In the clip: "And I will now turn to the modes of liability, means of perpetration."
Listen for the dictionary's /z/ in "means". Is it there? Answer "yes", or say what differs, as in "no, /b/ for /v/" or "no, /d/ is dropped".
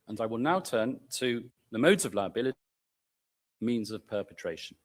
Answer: yes